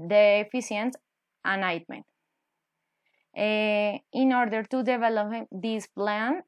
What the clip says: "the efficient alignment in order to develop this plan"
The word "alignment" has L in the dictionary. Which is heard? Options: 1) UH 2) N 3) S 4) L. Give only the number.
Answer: 2